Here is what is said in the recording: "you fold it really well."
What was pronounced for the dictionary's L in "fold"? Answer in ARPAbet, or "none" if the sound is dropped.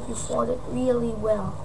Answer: none